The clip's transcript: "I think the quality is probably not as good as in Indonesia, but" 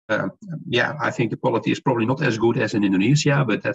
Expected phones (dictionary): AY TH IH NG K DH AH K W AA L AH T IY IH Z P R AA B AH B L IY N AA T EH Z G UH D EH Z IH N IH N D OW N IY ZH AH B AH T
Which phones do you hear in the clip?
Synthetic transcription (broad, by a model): AY TH IH NG K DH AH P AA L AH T IY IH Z P R AA B AH B L IY N AA T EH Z G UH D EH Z IH N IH N D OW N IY Z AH B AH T